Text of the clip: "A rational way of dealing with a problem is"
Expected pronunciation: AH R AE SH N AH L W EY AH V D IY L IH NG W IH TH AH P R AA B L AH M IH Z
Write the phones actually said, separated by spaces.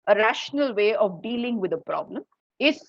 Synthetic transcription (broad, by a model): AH R AE SH N AH L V EY AH V D IY L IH NG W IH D AH P R AA B L AH M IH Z